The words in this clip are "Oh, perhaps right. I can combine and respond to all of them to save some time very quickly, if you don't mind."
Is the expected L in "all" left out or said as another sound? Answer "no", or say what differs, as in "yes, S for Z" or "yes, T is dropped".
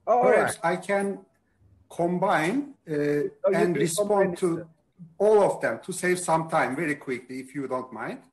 no